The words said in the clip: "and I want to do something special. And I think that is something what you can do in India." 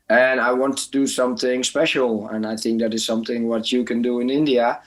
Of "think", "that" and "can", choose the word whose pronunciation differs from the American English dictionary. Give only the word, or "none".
none